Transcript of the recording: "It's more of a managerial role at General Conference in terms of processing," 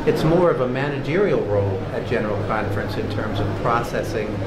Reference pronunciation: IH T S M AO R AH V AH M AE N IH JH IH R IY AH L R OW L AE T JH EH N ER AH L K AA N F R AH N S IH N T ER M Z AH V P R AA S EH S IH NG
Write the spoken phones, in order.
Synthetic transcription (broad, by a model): IH T S M AO R AH V AH M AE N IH JH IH R IY L R OW L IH T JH EH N ER L K AA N F R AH N S IH N T ER M Z AH V P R AA S EH S IH NG